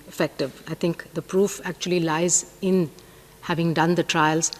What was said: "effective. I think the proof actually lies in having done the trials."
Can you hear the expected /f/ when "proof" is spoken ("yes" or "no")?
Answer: yes